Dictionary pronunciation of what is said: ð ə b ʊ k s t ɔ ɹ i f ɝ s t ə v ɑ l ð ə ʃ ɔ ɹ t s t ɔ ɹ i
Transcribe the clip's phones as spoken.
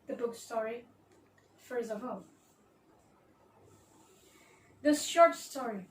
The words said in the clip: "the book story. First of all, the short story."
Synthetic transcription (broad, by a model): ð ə b ʊ k s t ɔ ɹ i f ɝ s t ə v ɑ l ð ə ʃ ɔ ɹ t s t ɔ ɹ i